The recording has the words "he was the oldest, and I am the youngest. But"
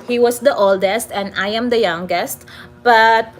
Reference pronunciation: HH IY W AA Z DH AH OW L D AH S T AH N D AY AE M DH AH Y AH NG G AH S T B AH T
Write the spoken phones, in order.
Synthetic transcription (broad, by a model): HH IY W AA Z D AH OW L D AH S T AH N D AY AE M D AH Y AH NG G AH S T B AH T